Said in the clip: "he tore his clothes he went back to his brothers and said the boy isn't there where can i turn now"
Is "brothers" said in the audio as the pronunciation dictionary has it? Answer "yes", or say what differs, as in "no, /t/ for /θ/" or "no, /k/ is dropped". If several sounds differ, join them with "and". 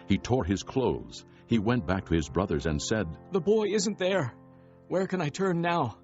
yes